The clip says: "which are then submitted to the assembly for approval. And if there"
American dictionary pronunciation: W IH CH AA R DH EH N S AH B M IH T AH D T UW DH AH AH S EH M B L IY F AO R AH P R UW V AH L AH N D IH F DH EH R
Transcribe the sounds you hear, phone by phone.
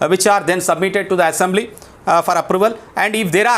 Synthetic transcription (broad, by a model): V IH CH AA R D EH N S AH B M IH T AH D T UW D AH AH S EH M B L IY F AO R AH P R UW V AH L AH N D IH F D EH R